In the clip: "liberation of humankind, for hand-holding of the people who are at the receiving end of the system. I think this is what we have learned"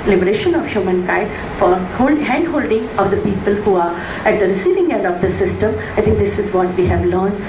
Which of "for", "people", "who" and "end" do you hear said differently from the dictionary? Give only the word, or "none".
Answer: for